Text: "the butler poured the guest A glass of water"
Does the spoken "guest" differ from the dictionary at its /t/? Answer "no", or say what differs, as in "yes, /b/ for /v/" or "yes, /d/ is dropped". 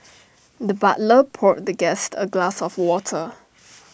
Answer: no